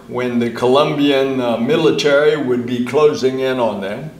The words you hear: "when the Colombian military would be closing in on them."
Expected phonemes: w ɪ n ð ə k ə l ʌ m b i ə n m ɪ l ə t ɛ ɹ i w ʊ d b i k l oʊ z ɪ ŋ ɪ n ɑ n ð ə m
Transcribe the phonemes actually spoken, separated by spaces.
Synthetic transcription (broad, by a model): w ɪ n ð ə k ə l ʌ m b i ə n m ɪ l ə t ɛ ɹ i w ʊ d b i k l oʊ z ɪ ŋ ɪ n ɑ n ð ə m